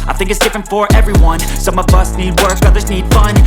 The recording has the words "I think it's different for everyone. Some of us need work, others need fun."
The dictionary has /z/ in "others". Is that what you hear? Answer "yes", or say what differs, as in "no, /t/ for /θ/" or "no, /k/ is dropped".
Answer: yes